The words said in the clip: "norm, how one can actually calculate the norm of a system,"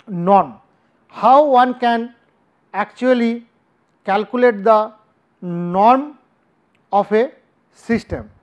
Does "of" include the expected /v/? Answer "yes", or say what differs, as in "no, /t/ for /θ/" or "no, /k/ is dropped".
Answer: no, /p/ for /v/